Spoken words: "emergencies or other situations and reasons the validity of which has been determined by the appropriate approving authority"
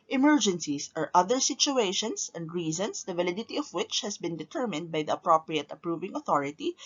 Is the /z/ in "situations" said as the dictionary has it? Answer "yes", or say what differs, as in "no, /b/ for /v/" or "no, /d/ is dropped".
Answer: no, /s/ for /z/